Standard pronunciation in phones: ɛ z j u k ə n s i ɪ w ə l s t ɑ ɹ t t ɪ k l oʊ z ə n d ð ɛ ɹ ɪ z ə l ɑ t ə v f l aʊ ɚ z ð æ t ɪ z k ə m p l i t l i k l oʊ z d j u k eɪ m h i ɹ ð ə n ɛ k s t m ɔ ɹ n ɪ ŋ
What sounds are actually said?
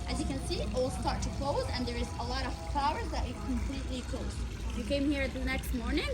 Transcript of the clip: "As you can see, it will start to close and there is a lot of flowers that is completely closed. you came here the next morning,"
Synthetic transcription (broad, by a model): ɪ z j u k ə n s i ɪ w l s t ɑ ɹ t t ɪ k l oʊ z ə n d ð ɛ ɹ ɪ z ə l ɑ t ə v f aʊ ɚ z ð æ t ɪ k ə m p l i t l i k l oʊ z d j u k eɪ m h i ɹ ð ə n ɛ k s t m ɔ ɹ n ɪ ŋ